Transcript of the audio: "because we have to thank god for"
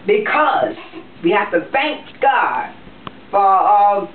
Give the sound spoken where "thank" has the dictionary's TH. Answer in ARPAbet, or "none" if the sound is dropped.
TH